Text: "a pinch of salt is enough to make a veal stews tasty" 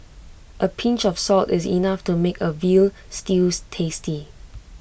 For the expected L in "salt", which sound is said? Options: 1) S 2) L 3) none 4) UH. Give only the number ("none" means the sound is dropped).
2